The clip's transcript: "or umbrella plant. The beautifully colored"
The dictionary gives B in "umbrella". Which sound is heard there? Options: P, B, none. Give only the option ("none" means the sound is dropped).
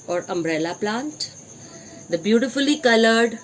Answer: B